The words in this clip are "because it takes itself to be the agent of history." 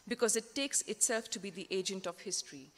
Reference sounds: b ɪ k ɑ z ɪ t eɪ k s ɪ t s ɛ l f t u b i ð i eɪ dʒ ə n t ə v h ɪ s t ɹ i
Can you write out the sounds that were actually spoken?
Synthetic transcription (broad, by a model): b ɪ k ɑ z ɪ t eɪ k s ɪ t s ɛ l f t u b i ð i eɪ dʒ ə n t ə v h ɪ s t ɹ i